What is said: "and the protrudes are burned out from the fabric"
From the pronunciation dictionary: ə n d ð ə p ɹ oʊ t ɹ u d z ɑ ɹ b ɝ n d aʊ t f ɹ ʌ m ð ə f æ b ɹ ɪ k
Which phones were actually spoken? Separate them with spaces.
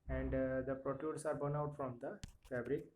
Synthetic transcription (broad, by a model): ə n d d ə p ɹ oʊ t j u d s ɑ ɹ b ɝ n aʊ t f ɹ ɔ m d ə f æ b ɹ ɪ k